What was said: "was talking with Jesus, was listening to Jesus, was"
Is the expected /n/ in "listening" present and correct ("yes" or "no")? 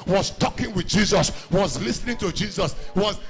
yes